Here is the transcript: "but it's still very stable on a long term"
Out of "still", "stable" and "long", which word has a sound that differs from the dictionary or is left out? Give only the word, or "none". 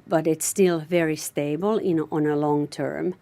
stable